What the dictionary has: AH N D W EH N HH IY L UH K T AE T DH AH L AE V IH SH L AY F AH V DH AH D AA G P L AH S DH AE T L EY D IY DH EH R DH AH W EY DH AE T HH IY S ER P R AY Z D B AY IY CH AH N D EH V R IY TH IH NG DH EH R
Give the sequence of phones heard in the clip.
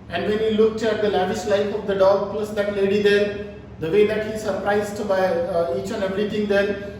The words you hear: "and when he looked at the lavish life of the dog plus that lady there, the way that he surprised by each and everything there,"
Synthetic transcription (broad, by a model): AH N D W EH N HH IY L UH K T AE T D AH L AE V IH SH L AY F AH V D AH D AA G P L AH S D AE T L EY D IY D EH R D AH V EY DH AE T HH IY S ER P R AY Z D B AY IY CH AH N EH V R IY T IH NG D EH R